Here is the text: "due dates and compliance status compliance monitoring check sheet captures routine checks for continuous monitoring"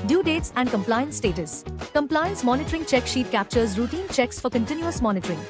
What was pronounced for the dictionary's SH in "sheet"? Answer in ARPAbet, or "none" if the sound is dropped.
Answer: SH